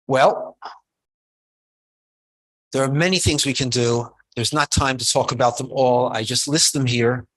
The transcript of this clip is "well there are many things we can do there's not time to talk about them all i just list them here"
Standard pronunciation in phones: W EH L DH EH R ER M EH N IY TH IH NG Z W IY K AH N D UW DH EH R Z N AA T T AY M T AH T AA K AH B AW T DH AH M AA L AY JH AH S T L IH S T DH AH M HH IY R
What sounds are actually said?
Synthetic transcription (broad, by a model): W EH L DH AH R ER M EH N IY TH IH NG Z W IY K AH N D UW DH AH R Z N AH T T AY M T AH T AA K AH B AW T DH AH M AA L AY JH AH S T L IH S T DH AH M HH IY R